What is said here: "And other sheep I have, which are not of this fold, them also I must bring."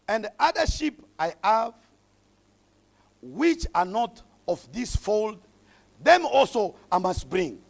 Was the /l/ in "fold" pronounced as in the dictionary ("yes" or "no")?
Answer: yes